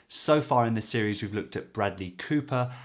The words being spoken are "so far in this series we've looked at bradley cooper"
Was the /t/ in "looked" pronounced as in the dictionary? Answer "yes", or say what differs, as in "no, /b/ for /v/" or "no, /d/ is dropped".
yes